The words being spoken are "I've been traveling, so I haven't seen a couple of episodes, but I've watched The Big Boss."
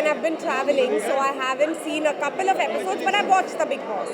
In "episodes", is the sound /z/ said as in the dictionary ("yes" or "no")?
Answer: yes